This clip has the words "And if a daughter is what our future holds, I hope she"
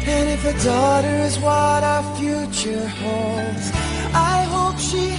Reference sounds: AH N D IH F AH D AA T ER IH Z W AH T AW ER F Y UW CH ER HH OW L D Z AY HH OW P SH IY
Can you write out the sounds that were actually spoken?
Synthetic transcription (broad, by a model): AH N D IH F AH D AA T ER IH Z W AH T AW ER F Y UW CH ER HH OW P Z AY HH OW P SH IY